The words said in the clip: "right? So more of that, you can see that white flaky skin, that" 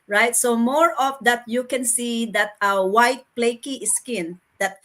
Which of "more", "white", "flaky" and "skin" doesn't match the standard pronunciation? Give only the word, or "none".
flaky